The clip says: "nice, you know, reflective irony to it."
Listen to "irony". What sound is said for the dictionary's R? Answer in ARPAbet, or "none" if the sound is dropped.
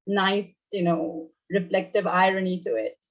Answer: R